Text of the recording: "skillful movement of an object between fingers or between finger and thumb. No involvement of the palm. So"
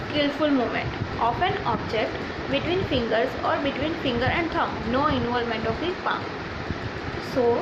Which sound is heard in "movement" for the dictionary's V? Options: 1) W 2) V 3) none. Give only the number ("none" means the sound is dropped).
3